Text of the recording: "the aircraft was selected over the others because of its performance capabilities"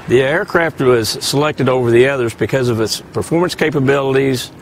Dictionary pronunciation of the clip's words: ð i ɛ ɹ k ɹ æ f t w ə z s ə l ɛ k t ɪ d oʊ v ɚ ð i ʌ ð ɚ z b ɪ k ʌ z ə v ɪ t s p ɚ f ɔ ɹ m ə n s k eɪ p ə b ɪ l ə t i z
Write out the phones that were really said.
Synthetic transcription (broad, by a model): ð i ɛ ɹ k ɹ æ f t w ə z s ə l ɛ k t ɪ d oʊ v ɚ ð i ʌ ð ɚ z b ɪ k ʌ z ə v ɪ t s p ɚ f ɔ ɹ m ə n s k eɪ p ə b ɪ l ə t i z